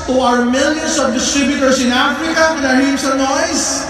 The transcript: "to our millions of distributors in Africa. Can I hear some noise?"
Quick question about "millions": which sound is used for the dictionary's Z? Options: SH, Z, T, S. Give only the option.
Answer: S